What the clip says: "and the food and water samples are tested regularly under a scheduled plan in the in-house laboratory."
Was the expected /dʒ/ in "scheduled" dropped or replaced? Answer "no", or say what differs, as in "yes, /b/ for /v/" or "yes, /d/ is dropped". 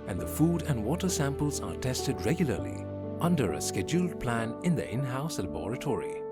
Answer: no